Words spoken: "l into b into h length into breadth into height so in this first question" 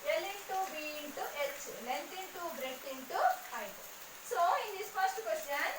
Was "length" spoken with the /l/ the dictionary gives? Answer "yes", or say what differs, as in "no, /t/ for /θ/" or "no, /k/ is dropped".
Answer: no, /n/ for /l/